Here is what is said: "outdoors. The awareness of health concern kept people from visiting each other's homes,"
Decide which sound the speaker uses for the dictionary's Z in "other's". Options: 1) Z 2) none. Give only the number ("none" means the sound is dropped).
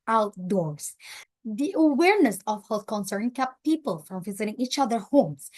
2